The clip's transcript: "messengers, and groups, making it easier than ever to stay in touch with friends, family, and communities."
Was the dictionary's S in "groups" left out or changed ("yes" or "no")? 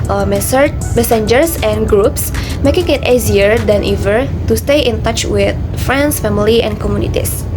no